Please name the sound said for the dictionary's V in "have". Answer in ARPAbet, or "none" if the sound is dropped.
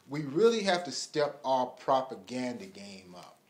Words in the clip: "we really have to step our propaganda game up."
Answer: F